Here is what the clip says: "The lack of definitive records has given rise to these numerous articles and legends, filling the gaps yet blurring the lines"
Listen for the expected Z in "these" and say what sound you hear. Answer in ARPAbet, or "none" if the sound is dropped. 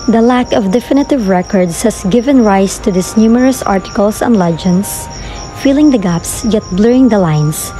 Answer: S